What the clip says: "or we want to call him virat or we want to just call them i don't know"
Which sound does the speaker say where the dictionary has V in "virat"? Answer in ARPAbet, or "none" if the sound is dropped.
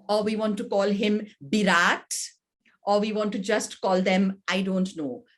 B